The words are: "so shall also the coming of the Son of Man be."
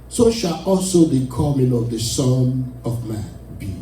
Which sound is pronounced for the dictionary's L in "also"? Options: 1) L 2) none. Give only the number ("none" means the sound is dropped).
1